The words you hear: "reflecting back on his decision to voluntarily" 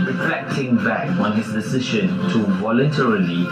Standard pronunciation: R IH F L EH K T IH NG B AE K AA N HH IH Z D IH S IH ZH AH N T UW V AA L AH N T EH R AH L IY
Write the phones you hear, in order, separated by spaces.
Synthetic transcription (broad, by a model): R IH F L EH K T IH NG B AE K AA N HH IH S D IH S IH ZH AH N T UW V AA L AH N T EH R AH L IY